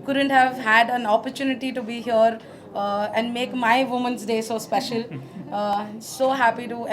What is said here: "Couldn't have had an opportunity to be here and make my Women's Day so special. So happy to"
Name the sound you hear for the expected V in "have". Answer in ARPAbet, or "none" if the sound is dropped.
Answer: V